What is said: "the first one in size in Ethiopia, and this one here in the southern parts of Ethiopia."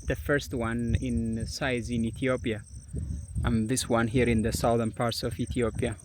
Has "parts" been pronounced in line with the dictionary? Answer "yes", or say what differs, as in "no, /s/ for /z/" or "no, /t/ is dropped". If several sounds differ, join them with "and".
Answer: yes